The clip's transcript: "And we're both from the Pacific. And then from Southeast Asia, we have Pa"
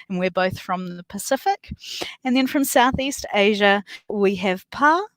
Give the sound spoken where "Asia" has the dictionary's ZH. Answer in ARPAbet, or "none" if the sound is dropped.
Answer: ZH